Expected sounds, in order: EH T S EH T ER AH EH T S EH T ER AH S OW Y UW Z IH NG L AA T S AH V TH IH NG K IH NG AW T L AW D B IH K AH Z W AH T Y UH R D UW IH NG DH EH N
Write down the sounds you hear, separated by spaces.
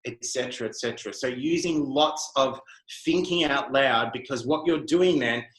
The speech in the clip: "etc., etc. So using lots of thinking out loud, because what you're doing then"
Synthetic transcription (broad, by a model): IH T S EH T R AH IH T S EH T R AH S OW Y UW Z IH NG L AA T S AH V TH IH NG K IH NG AW T L AW D B IH K AH Z W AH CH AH R D UW IH NG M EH N